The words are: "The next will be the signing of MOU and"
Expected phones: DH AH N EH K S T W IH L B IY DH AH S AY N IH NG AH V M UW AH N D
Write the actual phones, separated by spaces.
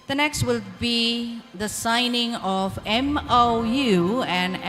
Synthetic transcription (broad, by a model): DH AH N EH K S T W IH L B IY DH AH S AY N IH NG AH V M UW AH N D